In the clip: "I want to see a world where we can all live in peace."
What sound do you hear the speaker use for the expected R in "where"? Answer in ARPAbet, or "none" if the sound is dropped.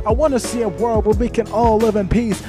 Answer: L